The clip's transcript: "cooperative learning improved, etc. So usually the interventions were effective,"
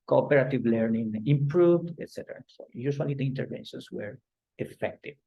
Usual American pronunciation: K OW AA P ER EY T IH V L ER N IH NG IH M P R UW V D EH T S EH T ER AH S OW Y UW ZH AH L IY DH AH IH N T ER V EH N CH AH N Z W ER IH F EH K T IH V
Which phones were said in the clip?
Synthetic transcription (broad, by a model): K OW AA P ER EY T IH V L ER N IH NG IH M P R UW V D EH T S EH T ER AH S OW Y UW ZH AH L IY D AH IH N T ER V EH N SH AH N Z W ER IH F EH K T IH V